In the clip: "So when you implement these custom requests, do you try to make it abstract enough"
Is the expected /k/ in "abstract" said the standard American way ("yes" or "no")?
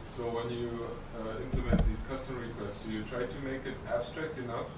yes